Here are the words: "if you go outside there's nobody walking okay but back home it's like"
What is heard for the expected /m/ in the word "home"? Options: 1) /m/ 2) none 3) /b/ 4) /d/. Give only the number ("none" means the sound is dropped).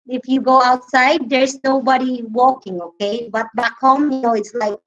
2